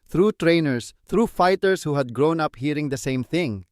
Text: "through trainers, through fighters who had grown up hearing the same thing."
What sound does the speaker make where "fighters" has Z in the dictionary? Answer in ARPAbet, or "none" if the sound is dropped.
S